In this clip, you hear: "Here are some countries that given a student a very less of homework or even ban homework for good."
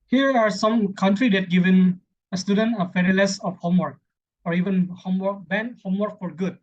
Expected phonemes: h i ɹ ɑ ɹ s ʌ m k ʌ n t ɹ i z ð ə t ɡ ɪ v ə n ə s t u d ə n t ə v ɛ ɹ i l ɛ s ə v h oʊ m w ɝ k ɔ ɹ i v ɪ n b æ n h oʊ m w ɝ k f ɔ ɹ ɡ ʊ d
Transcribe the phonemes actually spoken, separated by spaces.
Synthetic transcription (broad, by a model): h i ɹ ɑ ɹ s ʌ m k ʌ n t ɹ i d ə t ɡ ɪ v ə n ə s t u d ə n t ə f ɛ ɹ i l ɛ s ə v h oʊ m w ɝ k ɔ ɹ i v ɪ n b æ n h oʊ m w ɝ k f ɔ ɹ ɡ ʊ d